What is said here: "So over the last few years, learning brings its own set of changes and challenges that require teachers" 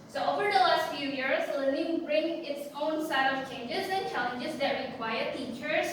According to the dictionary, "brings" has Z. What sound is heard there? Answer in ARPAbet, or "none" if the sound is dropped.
none